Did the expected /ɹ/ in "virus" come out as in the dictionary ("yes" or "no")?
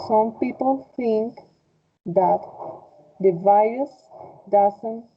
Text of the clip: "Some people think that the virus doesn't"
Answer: no